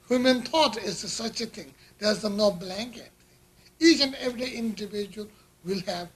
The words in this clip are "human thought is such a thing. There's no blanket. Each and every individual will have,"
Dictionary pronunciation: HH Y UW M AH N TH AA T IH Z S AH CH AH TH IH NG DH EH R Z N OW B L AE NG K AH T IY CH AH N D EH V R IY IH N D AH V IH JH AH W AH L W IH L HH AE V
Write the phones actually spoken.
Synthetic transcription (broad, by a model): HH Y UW M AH N T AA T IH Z S AH CH AH T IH NG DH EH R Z N OW B L AE NG K AH T IY CH AH N D EH V R IY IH N D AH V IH JH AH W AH L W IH L HH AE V